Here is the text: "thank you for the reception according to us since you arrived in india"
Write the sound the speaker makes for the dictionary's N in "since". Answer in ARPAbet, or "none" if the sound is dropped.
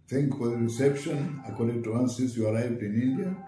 none